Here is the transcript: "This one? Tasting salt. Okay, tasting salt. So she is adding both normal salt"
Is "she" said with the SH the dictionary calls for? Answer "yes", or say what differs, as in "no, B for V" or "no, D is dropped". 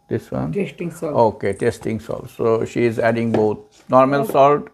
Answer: yes